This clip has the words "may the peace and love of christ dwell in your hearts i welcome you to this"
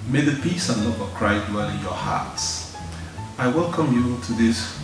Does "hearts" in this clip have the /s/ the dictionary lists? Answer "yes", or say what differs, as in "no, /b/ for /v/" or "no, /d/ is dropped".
yes